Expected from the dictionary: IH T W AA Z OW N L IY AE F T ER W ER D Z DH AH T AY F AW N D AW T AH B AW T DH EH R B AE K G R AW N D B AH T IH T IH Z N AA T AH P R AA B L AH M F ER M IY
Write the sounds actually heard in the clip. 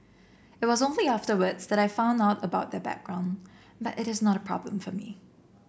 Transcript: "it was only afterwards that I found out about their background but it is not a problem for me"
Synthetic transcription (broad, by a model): IH T W AA Z OW N L IY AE F T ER W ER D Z DH AH T AY F AW N D AW T AH B AW T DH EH B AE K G R AW N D B AH T IH T IH Z N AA T AH P R AA B L AH M F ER M IY